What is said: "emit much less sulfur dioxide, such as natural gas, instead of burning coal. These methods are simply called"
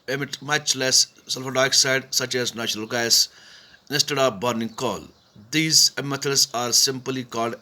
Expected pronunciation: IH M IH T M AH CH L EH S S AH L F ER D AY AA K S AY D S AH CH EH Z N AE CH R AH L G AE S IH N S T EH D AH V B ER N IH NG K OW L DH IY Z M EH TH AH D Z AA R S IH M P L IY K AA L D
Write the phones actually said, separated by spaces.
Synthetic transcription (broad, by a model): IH M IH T M AH CH L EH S S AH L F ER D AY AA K S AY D S AH CH EH Z N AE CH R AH L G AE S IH S T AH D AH P B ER N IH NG K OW L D IY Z M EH T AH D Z AA R S IH M P L IY K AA L D